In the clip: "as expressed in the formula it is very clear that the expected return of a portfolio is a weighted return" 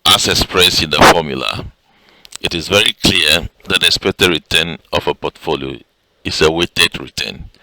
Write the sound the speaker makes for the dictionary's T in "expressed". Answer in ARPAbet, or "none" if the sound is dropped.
none